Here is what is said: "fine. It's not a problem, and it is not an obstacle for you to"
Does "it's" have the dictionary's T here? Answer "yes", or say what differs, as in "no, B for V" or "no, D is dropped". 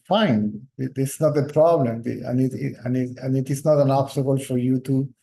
no, S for T